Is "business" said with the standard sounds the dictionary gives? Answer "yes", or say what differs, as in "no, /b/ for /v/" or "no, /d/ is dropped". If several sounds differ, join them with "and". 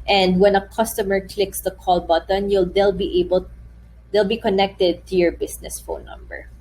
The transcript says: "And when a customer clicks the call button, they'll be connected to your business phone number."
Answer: no, /s/ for /z/